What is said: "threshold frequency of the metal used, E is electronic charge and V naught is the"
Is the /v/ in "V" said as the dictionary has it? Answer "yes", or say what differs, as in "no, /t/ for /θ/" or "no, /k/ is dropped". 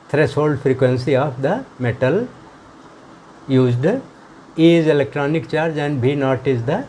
no, /b/ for /v/